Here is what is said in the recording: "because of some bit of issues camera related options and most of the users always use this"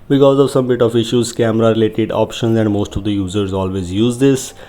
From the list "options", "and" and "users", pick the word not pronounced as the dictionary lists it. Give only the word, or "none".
none